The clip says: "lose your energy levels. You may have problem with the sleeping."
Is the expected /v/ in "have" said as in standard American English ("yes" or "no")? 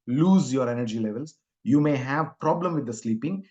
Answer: yes